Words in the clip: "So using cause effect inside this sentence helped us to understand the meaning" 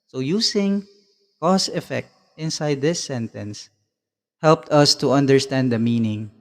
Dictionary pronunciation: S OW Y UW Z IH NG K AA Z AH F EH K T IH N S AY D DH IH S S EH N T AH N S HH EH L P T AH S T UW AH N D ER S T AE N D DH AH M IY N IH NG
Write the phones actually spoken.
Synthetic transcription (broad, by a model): S OW Y UW S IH NG K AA S AH F EH K T IH N S AY D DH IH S S EH N T AH N S HH EH L P T AH S T UW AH N D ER S T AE N D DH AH M IY N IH NG